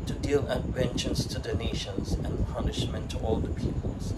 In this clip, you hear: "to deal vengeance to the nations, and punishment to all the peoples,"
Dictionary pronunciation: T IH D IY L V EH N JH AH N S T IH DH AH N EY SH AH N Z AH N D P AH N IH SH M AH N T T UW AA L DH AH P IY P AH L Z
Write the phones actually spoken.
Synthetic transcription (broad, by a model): T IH D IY L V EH N CH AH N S T IH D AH N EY SH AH N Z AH N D P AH N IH SH M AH N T T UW AA L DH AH P IY P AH L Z